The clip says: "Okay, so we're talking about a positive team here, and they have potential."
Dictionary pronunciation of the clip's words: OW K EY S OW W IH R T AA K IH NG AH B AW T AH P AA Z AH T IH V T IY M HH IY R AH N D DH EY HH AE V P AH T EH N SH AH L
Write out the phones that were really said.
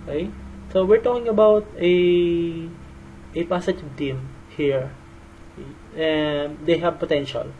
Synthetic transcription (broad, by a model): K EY S OW W IH R T AA K IH NG AH B AW T AH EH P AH S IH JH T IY M HH IY R AH N D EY HH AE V P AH T EH N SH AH L